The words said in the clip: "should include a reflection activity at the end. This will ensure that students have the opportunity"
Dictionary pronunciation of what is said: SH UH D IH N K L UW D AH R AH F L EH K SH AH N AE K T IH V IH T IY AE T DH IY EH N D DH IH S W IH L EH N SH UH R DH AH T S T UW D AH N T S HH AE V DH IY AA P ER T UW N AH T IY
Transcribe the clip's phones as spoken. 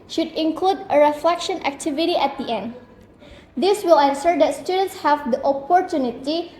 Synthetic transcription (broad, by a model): SH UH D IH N K L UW D AH R AH F L EH K SH AH N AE K T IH V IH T IY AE T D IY EH N D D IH S W IH L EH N S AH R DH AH T S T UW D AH N T S HH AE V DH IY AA P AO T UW N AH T IY